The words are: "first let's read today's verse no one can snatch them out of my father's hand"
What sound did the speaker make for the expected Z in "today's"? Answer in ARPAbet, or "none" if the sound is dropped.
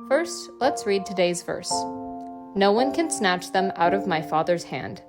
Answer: Z